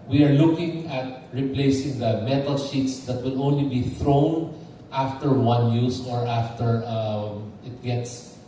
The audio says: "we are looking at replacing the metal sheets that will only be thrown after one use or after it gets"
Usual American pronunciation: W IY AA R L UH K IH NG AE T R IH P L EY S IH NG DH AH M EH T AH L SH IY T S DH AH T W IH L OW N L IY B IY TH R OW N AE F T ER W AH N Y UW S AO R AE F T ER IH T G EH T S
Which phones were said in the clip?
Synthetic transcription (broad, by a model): W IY AA R L UH K IH NG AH T R IH P L EY S IH NG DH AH M EH T AH L SH IY T S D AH T W IH L OW N L IY B IY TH R OW N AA F T ER W AH N Y UW S AO R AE F T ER IH T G EH T S